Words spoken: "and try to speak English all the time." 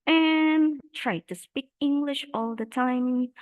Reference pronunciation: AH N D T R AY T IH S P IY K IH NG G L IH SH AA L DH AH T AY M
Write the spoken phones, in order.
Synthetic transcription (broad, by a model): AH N T R AY T IH S P IY K IH NG G L IH SH AA L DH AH T AY M